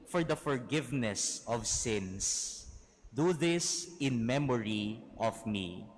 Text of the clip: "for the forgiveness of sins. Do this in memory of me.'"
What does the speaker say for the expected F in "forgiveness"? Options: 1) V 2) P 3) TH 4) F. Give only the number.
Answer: 4